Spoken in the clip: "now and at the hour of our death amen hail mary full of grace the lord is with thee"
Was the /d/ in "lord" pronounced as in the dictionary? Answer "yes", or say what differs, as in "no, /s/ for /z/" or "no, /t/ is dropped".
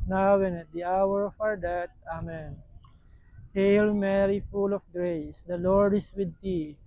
yes